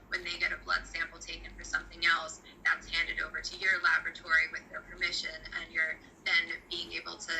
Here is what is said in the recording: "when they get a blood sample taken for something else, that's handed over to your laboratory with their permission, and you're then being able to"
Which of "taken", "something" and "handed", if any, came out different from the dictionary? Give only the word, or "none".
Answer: none